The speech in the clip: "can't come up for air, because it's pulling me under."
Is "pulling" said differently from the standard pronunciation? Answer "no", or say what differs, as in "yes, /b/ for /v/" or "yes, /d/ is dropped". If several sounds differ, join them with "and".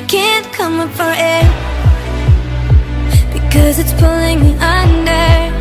no